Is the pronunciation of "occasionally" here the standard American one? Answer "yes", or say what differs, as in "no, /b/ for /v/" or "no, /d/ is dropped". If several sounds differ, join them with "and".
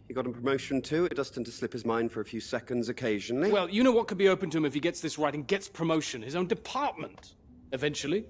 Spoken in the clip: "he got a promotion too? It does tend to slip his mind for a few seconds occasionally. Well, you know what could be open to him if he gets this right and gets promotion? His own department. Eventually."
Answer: yes